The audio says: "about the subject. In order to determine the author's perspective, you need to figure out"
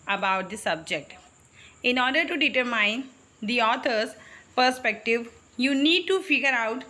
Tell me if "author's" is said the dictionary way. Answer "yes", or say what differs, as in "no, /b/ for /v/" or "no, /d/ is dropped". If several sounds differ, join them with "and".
no, /t/ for /θ/